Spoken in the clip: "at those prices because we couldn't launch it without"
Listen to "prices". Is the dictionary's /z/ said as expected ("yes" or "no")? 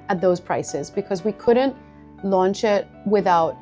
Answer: yes